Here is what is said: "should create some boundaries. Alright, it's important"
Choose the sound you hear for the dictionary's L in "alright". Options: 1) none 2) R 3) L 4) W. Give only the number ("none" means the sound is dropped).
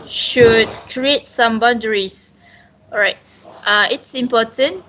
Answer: 1